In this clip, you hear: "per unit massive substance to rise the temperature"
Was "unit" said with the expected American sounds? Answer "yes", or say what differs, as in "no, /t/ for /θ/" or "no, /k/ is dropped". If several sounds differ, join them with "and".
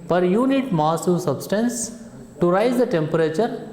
yes